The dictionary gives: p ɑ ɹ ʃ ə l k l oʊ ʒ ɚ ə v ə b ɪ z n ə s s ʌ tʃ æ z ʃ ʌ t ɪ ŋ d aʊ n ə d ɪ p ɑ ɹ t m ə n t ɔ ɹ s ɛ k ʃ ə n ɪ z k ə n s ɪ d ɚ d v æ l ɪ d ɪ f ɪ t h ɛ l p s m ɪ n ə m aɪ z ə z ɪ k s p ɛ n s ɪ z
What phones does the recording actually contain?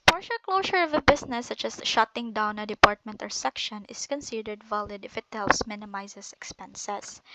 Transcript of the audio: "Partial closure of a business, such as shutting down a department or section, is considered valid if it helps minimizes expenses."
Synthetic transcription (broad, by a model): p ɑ ɹ ʃ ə l k l oʊ ʃ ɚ ə v ə b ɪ s n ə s s ʌ tʃ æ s ʃ ʌ t ɪ ŋ d aʊ n ə d ɪ p ɑ ɹ t m ə n t ɔ ɹ s ɛ k ʃ ə n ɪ s k ə n s ɪ d ɚ d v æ l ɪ d ɪ f ɪ t h ɛ l p s m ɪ n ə m aɪ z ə s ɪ k s p ɛ n s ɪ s